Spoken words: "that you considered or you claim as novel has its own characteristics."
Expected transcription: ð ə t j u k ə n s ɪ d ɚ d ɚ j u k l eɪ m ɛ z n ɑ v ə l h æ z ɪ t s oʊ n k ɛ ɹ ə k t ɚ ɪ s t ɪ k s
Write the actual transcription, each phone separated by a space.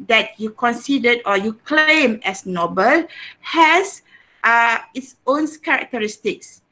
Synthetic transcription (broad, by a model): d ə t j u k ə n s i d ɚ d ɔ j u k l eɪ m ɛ s n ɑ b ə l h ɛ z ɪ t s oʊ n k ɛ ɹ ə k t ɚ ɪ s t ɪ k s